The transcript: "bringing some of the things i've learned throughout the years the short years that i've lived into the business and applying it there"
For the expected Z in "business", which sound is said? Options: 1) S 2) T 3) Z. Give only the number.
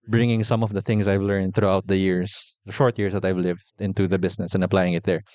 1